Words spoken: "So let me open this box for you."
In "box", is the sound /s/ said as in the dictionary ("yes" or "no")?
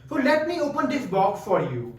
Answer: no